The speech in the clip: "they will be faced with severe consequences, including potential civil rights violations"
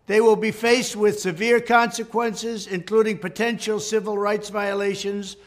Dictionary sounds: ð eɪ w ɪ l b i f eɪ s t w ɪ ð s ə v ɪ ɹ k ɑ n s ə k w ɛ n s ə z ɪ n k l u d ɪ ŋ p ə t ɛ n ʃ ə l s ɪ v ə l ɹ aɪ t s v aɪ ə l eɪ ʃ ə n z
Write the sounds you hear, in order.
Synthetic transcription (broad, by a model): ð eɪ w ɪ l b i f eɪ s t w ɪ ð s ə v ɪ ɹ k ɑ n s ə k w ɛ n s ə z ɪ n k l u d ɪ ŋ p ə t ɛ n ʃ l s ɪ v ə l ɹ aɪ t s v aɪ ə l eɪ ʃ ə n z